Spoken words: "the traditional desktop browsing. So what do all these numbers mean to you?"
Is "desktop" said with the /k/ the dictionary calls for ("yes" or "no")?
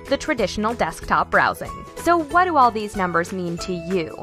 yes